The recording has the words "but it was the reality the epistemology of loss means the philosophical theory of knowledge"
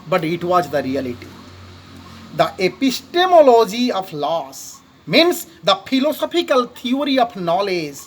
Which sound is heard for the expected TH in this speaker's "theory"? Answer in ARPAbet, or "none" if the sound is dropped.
T